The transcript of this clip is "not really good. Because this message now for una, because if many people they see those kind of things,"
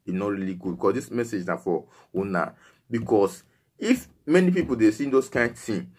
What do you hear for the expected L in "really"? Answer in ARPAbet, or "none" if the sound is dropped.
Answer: L